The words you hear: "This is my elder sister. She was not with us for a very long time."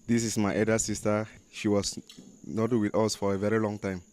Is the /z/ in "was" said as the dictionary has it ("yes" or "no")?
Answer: no